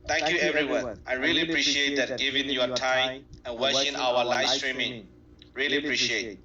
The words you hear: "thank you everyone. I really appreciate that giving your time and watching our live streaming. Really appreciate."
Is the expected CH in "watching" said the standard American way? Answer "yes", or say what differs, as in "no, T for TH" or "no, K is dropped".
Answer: no, SH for CH